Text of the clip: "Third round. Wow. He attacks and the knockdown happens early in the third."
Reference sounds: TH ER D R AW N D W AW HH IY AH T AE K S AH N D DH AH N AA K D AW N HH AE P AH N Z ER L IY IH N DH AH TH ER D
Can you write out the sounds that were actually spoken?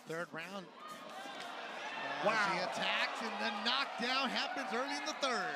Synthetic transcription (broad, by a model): TH ER D R AW N D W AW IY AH T AE K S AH N DH AH N AA K D AW N HH AE P AH N Z ER L IY IH N DH AH TH ER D